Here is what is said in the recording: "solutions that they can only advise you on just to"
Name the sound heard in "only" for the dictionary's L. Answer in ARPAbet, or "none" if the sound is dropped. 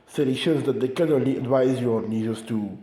L